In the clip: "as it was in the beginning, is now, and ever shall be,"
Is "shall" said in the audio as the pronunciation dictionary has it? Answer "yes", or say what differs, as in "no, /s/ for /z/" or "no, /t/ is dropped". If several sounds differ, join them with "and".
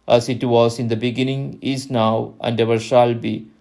yes